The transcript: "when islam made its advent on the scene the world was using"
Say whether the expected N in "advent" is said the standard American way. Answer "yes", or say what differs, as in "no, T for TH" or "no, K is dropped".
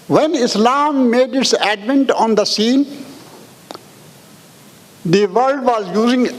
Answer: yes